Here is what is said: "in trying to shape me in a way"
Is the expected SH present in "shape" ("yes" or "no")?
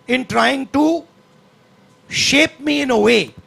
yes